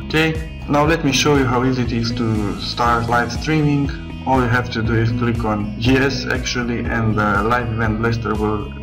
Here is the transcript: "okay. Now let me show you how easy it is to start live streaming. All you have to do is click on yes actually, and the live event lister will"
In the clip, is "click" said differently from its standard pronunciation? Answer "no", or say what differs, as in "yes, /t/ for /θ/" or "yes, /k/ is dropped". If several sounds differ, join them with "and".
no